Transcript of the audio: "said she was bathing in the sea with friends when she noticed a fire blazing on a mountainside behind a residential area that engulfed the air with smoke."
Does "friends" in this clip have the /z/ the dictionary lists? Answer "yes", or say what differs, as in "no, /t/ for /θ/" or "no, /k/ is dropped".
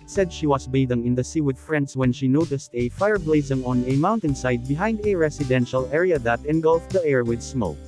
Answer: no, /s/ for /z/